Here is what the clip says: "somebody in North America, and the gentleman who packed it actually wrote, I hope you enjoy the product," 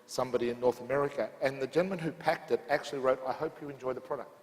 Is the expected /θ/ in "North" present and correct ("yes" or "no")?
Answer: yes